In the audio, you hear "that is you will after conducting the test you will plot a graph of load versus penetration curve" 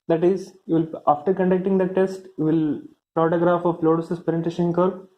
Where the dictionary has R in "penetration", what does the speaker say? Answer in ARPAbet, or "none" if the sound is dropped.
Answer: none